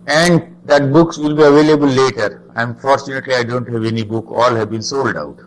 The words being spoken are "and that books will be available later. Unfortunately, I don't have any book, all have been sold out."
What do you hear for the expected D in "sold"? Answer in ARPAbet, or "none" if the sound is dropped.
D